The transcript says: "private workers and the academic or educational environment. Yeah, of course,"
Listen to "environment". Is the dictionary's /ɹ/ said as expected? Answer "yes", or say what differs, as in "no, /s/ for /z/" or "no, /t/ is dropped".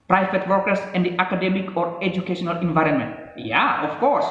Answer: yes